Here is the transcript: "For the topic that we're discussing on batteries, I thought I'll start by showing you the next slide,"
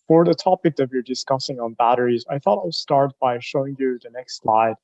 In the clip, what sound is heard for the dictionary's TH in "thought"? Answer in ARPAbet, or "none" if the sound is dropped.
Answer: TH